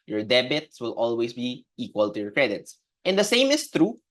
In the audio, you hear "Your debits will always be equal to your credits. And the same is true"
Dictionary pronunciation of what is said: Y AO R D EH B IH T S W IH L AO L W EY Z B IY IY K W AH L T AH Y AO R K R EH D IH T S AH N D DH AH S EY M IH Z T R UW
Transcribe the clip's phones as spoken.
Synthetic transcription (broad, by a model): Y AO R D EH B IH T S W IH L AO L W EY S B IY IY K W AH L T AH Y AO R K R EH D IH T S AH N D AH S EY M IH S T R UW